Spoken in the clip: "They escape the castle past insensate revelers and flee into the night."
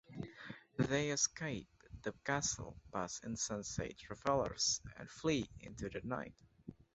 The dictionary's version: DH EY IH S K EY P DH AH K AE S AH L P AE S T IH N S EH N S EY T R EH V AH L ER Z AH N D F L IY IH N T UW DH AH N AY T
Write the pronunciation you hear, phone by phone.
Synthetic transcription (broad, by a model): DH EY IH S K EY P DH AH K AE S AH L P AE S IH N S EH N S EY T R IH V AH L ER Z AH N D F L IY IH N T UW DH AH N AY T